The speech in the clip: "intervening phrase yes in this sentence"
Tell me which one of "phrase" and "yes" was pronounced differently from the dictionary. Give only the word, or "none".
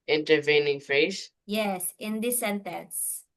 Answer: phrase